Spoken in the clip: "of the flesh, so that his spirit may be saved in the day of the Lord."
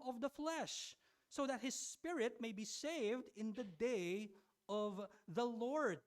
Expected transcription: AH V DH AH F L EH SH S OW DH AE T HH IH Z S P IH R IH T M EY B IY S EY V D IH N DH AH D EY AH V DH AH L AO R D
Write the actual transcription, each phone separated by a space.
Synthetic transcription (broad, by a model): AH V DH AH F L EH SH S OW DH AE T HH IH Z S P IH R IH T M EY B IY S EY V D IH N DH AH D EY AH V DH AH L AO R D